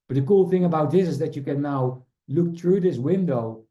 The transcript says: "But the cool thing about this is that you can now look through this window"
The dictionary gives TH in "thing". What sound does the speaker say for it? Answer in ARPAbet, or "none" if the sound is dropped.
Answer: TH